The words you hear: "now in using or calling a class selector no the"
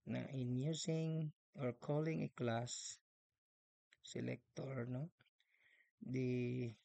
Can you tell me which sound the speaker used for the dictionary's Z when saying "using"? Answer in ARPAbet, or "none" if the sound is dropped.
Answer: S